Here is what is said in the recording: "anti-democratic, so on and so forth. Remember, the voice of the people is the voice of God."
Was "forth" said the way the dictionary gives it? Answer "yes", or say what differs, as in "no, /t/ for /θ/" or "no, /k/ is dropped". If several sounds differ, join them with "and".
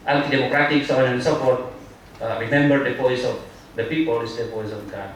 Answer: no, /t/ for /θ/